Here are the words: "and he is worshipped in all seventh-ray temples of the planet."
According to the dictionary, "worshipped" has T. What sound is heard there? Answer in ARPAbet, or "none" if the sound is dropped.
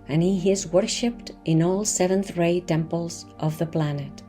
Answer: T